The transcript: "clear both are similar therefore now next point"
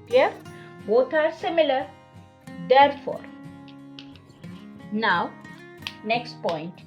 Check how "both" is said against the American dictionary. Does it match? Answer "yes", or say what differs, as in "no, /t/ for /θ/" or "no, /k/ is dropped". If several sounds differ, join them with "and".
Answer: no, /t/ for /θ/